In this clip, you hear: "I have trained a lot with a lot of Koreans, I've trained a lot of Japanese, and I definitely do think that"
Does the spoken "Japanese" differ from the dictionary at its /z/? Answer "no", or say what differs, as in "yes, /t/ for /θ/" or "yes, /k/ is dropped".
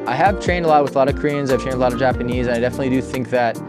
no